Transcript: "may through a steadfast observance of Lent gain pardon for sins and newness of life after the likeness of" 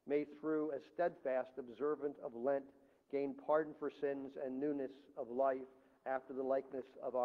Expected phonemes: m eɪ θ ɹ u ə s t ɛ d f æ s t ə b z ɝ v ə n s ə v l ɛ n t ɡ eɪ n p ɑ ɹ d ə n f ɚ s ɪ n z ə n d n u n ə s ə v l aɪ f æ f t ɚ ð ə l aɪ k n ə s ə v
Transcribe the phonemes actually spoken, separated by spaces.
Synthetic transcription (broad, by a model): m eɪ θ ɹ u ə s t ɛ d f æ s t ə b z ɝ v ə n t ə v l ɛ n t ɡ eɪ n p ɑ ɹ d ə n f ɚ s ɪ n z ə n n u n ə s ə v l aɪ f æ f t ɚ ð ə l aɪ k n ə s ə v